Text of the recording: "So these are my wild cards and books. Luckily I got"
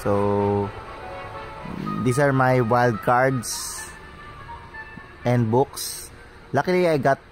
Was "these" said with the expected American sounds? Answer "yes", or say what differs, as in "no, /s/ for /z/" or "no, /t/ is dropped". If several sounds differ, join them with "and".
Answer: no, /s/ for /z/